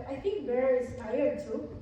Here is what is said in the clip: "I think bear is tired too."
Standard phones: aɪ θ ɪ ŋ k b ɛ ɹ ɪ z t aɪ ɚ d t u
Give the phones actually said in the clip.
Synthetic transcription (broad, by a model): aɪ t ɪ ŋ k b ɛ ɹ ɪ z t aɪ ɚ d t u